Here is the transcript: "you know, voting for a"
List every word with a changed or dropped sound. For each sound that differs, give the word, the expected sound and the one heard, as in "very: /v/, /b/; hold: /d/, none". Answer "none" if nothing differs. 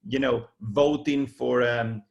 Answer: none